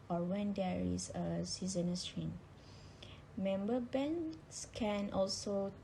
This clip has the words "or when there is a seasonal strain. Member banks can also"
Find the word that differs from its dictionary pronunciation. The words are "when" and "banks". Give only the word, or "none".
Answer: banks